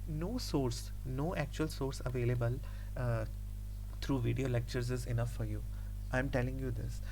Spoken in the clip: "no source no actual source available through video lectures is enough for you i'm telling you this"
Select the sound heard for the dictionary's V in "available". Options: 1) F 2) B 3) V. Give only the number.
3